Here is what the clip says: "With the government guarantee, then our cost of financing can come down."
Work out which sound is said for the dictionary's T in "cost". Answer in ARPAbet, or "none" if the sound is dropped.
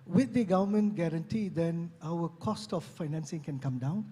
T